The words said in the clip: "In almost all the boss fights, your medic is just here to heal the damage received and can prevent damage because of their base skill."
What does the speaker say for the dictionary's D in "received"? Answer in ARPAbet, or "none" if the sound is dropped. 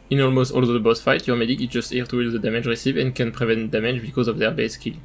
none